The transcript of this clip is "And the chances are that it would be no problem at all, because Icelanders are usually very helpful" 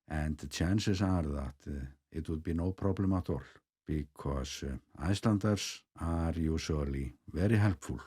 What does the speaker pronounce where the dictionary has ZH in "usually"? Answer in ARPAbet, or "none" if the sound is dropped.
S